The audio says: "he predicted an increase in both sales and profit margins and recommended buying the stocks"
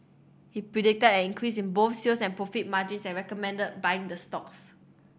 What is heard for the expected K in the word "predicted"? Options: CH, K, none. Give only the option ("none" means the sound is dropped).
K